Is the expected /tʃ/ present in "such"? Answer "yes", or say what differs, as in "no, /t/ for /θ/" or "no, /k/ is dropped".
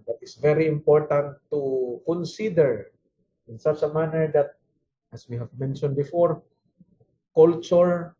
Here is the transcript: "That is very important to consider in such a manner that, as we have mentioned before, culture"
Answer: no, /s/ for /tʃ/